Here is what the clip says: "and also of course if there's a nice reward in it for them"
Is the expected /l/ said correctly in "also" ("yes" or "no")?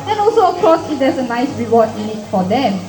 yes